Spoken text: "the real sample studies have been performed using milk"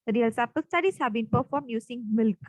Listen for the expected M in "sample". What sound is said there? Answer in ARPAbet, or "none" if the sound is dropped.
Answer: none